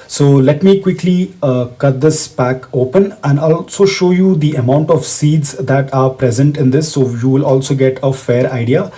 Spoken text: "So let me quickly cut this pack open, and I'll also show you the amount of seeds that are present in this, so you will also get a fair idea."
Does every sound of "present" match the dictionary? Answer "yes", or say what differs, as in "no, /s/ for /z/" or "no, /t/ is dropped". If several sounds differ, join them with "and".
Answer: yes